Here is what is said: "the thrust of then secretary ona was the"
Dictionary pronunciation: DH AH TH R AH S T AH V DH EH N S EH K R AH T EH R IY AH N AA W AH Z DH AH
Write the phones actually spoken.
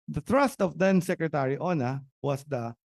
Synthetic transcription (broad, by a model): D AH T R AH S T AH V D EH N S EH K R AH T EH R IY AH N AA W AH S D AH